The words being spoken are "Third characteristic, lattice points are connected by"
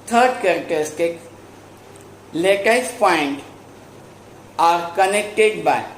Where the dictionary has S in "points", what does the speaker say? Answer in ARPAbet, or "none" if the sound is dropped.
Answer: none